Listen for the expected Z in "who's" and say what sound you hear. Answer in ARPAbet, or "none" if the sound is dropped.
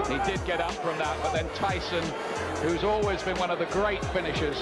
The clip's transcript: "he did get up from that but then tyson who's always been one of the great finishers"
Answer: Z